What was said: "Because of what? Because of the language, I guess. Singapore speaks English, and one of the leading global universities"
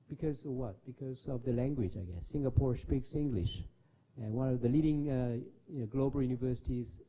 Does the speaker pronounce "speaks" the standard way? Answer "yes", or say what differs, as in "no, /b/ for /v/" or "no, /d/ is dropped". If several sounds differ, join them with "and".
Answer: yes